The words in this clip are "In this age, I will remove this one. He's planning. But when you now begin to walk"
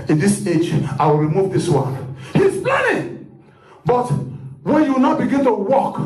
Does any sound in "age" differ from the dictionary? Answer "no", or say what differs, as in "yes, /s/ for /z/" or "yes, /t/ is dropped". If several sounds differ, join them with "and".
no